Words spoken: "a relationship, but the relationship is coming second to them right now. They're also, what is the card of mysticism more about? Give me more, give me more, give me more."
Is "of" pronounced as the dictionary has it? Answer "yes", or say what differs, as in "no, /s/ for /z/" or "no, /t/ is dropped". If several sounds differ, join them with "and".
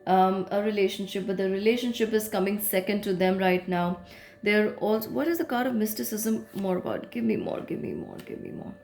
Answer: yes